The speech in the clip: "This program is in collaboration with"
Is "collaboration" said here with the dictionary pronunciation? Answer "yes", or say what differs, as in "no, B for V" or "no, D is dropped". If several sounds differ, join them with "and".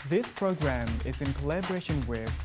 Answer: yes